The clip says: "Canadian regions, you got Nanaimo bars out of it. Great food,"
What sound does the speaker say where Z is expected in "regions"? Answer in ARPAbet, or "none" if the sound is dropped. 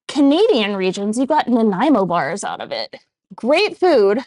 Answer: Z